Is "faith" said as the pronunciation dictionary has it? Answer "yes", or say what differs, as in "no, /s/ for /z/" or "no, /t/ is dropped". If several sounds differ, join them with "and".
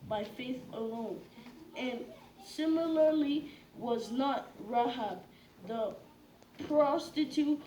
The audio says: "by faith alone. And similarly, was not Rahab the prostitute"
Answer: yes